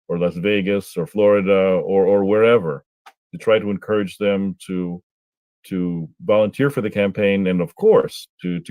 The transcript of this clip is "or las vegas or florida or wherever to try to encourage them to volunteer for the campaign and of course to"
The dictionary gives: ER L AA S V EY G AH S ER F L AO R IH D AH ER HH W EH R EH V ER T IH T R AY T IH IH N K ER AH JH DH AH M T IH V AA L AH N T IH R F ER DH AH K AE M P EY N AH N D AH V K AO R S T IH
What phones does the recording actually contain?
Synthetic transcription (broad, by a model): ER L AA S V EY G AH S ER F L AO R IH D AH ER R W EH R EH V ER T IH T R AY T IH IH N K ER AH JH DH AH M T IH V AA L AH N T IH R F ER DH AH K AE M P EY N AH N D AH V K AO R S T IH